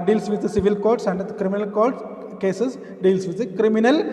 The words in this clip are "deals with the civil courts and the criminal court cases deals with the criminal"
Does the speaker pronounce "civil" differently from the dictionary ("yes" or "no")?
no